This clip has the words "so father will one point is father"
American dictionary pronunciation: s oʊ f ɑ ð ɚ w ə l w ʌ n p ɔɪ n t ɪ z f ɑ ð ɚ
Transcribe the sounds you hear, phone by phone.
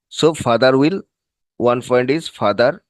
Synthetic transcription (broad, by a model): s oʊ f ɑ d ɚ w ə l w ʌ n f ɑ n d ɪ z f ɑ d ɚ